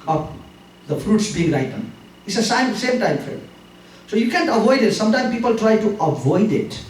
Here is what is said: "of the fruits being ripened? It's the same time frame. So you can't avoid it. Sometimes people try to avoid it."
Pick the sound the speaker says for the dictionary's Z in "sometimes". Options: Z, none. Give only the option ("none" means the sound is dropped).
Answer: none